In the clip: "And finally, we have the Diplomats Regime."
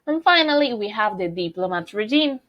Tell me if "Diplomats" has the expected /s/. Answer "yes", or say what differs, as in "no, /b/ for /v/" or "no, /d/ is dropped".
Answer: no, /s/ is dropped